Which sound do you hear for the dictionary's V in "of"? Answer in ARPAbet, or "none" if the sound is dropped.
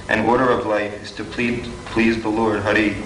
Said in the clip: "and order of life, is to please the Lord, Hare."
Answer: V